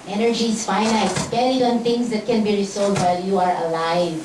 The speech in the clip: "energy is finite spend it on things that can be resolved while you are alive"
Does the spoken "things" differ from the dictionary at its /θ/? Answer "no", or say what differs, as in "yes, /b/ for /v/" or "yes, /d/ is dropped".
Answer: yes, /t/ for /θ/